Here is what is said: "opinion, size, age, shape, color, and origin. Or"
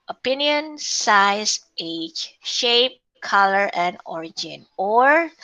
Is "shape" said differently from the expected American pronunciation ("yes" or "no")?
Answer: no